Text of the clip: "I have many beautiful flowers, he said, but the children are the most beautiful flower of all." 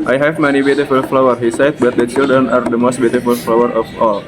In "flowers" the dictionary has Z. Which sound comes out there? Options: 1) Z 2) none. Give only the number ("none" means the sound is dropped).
2